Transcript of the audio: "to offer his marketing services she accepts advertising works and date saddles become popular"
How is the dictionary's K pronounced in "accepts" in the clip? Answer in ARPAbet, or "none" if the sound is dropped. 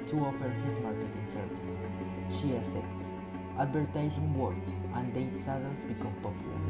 none